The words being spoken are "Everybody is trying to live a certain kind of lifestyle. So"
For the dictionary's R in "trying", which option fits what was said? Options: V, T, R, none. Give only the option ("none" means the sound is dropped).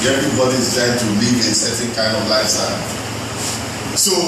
none